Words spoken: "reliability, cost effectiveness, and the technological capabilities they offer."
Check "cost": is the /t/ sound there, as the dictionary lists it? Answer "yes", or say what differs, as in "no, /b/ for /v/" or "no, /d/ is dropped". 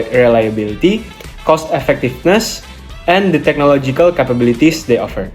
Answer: yes